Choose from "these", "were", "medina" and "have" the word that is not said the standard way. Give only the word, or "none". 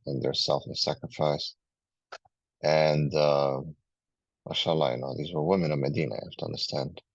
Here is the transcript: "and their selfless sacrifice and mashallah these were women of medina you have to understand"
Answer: have